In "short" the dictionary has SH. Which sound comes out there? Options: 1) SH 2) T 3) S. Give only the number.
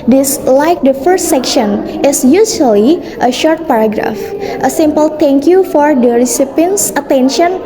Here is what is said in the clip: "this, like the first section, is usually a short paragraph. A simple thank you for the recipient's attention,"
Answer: 1